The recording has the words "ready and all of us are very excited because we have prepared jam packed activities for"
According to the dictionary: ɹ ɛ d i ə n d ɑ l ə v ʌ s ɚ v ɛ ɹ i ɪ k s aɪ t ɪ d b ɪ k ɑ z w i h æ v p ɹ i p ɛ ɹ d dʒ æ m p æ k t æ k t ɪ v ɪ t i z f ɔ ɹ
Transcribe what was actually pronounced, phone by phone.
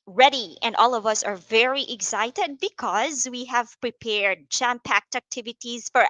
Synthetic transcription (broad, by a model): ɹ ɛ d i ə n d ɑ l ə v ʌ s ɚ v ɛ ɹ i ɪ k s aɪ t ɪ d b ɪ k ɑ z w i h æ v p ɹ i p ɛ ɹ d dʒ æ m p æ k t æ k t ɪ v ɪ t i z f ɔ ɹ